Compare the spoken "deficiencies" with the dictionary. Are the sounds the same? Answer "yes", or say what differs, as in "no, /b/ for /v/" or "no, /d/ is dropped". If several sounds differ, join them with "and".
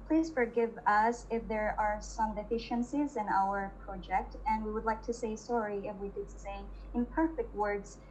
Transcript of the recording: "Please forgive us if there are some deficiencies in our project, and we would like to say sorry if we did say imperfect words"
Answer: yes